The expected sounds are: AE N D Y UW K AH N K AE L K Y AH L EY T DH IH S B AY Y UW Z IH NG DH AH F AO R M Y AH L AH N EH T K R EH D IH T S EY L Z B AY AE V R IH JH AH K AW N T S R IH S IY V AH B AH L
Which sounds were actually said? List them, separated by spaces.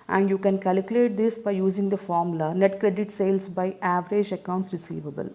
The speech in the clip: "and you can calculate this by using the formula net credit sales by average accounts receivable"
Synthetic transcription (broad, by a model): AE N D Y UW K AH N K AE L K Y AH L EY T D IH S B AY Y UW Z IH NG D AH F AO R M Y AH L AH N EH T K R EH D IH T S EY L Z B AY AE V R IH JH AH K AW N T S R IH S IY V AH B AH L